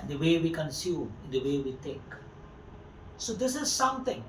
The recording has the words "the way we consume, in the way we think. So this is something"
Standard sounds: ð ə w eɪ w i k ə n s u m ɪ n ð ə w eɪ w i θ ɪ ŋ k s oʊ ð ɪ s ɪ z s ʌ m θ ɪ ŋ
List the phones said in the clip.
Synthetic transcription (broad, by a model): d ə w eɪ w i k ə n s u m ɪ n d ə w eɪ w i t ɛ k s oʊ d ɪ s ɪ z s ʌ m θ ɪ ŋ